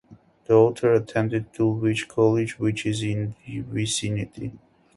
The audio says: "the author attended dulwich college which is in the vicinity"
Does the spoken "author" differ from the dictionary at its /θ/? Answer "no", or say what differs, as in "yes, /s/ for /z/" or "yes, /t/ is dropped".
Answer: yes, /t/ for /θ/